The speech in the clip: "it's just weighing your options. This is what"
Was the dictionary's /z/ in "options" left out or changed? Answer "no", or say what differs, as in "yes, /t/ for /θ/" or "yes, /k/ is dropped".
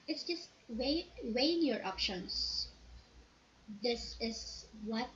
yes, /s/ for /z/